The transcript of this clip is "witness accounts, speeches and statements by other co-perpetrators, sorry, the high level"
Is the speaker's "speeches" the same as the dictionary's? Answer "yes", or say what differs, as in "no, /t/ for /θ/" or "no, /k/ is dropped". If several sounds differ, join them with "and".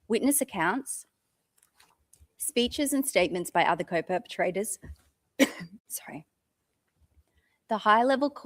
yes